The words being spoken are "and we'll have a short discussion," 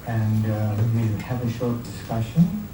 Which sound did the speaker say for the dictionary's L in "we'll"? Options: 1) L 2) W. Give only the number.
2